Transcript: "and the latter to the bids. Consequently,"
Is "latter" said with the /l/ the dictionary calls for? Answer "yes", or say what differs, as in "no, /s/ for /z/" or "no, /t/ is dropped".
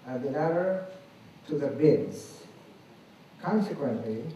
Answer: no, /n/ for /l/